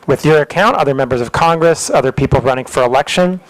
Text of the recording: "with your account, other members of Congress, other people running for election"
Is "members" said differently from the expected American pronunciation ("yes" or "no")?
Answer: no